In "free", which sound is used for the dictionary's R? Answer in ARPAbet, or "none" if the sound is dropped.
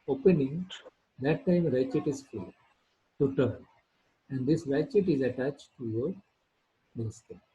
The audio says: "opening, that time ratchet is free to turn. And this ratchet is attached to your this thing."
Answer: none